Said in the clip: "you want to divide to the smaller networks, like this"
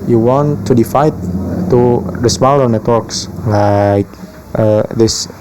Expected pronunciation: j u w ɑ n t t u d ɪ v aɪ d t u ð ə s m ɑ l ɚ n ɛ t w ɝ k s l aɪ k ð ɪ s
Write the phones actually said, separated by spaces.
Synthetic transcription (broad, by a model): j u w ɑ n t t u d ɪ f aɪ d t u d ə s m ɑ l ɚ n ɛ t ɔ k s l aɪ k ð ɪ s